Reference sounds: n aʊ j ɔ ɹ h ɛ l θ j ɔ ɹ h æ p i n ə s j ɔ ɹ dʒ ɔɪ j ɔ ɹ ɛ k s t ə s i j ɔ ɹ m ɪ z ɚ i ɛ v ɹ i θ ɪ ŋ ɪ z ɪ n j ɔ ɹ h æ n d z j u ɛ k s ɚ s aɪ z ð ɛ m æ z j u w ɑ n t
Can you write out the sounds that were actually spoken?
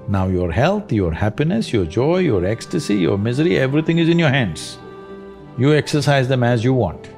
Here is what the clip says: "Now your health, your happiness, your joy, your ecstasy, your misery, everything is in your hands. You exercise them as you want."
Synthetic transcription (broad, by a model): n aʊ j ɔ ɹ h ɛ l t j ɔ ɹ h æ p i n ə s j ɔ ɹ dʒ ɔɪ j ɔ ɹ ɛ k s t ə s i j ɔ ɹ m ɪ z ɚ i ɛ v ɹ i t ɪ ŋ ɪ z ɪ n j ɔ ɹ h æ n d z j u ɛ k s ɚ s aɪ z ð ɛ m æ z j u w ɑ n t